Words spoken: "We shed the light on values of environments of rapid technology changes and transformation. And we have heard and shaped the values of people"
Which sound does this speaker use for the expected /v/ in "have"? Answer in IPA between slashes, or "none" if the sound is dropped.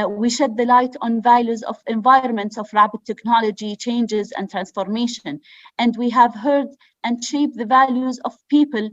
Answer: /v/